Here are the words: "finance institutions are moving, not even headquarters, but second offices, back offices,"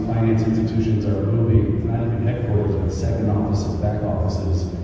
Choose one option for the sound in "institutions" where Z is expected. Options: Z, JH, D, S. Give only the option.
Z